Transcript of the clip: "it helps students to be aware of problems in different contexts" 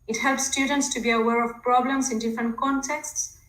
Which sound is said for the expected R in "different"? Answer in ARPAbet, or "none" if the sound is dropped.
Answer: R